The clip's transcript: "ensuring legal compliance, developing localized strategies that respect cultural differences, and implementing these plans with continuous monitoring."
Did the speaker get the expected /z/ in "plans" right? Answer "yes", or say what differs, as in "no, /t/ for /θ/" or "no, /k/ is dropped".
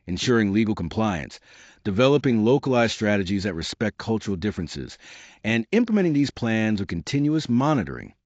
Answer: yes